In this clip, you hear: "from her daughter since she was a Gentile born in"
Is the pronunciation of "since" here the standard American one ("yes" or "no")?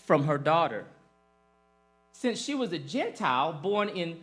yes